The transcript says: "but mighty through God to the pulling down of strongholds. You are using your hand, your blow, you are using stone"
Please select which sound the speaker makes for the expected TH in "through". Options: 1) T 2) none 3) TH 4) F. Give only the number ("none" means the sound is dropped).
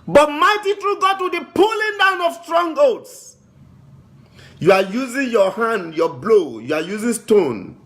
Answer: 1